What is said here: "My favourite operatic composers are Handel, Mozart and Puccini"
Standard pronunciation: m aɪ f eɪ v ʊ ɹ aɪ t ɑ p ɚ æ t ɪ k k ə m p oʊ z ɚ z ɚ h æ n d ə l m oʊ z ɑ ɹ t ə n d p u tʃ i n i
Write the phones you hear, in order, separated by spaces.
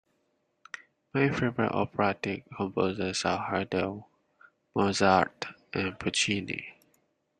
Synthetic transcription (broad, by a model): m aɪ f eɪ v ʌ ɹ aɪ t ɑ p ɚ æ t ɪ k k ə m p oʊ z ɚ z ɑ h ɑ d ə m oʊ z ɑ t t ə n p u tʃ i n i